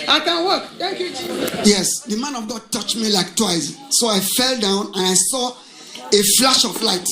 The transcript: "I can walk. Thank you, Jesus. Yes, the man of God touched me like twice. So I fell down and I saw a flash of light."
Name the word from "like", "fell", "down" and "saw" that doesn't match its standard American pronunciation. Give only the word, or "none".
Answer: none